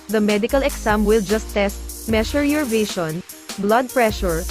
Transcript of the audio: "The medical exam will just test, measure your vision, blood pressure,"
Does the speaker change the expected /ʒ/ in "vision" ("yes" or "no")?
yes